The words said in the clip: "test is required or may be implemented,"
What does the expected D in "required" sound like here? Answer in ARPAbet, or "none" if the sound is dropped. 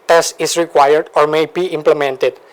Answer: D